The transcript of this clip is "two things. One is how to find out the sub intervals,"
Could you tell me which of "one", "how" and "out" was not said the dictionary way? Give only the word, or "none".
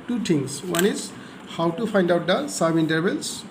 none